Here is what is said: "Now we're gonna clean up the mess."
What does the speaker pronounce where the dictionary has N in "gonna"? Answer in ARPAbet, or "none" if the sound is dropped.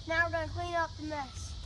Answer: none